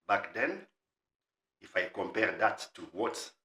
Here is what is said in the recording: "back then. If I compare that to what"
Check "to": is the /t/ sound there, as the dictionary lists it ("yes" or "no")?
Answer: yes